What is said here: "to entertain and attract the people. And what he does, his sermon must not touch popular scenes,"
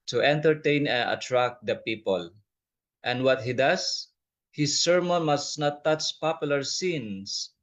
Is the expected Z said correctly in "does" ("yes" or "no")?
no